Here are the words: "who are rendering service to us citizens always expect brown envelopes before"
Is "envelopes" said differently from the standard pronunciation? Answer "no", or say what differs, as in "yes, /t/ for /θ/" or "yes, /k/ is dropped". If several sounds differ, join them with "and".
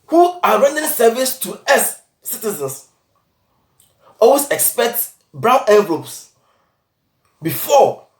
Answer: yes, /n/ is dropped